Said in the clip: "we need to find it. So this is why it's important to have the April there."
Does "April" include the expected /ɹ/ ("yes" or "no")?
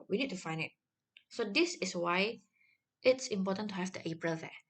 yes